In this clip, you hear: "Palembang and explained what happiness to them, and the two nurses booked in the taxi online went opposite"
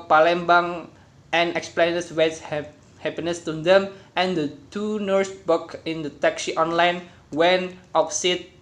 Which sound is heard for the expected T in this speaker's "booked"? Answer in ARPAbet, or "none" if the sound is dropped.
none